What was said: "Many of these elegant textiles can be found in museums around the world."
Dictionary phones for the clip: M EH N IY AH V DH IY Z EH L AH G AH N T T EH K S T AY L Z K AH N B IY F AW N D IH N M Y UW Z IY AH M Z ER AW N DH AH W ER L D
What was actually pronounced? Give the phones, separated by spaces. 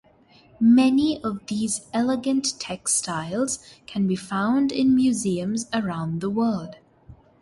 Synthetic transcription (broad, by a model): M EH N IY AH V DH IY Z EH L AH G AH N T T EH K S T AY L Z K AH N B IY F AW N D IH N M Y UW Z IY AH M Z ER AW N DH AH W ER L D